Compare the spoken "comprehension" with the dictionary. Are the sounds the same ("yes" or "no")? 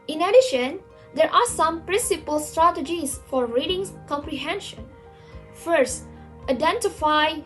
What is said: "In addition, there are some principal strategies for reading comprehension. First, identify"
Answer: yes